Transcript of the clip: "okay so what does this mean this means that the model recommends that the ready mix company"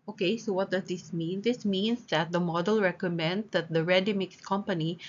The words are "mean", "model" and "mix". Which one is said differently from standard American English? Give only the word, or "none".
none